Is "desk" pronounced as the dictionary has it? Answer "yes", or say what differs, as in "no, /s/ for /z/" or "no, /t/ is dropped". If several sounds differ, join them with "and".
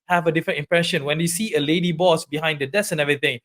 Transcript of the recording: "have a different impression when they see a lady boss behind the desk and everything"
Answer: no, /k/ is dropped